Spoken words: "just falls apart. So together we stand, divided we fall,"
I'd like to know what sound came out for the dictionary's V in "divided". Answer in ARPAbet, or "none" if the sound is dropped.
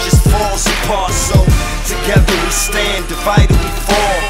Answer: F